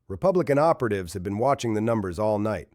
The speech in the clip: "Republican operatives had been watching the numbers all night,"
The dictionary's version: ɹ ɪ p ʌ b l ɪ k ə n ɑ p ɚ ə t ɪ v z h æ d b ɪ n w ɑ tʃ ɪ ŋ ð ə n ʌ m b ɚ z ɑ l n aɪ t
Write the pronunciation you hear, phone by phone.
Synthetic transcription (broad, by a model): ɹ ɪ p ʌ b l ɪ k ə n ɑ p ɚ ə t ɪ v z h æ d b ɪ n w ɑ tʃ ɪ ŋ ð ə n ʌ m b ɚ z ɑ l n aɪ t